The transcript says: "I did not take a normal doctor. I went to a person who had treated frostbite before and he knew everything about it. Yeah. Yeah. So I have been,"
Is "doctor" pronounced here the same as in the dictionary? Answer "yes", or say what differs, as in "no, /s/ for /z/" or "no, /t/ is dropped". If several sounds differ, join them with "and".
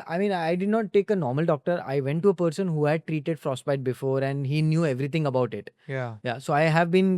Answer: yes